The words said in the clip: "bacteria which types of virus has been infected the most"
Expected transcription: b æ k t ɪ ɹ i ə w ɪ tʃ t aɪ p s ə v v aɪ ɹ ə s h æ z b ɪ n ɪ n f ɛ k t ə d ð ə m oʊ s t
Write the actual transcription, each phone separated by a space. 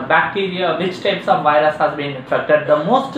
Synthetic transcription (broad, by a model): b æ k t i ɹ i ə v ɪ tʃ t aɪ p s ə v v aɪ ɹ ə s h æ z b ɪ n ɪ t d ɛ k t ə d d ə m oʊ s t